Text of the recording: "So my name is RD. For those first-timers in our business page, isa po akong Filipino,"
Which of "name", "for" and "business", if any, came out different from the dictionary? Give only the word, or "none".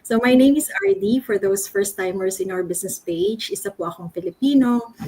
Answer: business